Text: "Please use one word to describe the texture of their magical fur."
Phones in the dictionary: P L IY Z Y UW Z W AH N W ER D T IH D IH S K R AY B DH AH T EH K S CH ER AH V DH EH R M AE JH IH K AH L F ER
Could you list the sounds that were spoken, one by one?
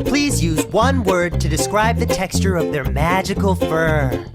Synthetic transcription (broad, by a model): P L IY Z Y UW Z W AH N W ER D T IH D IH S K R AY B DH AH T EH K S CH ER AH V DH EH R M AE JH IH K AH L F ER